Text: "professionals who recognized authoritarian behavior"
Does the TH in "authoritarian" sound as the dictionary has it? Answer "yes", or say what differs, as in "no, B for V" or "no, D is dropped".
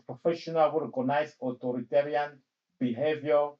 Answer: no, T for TH